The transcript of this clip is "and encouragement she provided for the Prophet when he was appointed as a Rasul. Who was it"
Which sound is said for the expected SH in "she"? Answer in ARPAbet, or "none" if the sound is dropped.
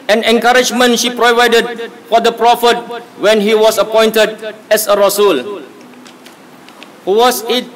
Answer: SH